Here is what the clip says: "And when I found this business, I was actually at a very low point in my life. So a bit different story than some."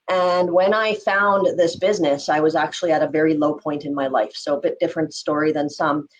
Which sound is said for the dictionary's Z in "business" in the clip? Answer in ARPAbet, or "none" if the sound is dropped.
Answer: Z